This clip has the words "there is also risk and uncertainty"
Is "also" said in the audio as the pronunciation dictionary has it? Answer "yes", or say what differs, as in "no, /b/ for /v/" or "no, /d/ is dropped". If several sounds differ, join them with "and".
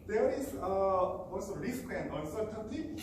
no, /w/ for /l/